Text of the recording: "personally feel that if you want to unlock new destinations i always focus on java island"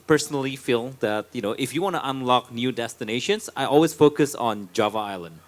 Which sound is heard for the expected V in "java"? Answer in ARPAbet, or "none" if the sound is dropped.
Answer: V